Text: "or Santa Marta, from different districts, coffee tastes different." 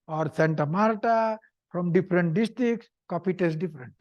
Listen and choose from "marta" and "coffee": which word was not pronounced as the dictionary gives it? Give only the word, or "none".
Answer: coffee